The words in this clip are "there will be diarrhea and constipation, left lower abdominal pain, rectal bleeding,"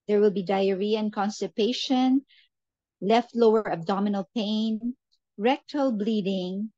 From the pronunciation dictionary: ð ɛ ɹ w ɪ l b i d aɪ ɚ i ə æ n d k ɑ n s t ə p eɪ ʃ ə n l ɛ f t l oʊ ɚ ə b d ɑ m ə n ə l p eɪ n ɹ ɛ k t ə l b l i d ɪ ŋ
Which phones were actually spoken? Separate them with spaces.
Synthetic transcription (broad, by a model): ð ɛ ɹ w ɪ l b i d aɪ ɚ i ə n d k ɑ n s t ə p eɪ ʃ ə n l ɛ f t l oʊ ɚ ə b d ɑ m ə n ə l p eɪ n ɹ ɛ k t ə l b l i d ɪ ŋ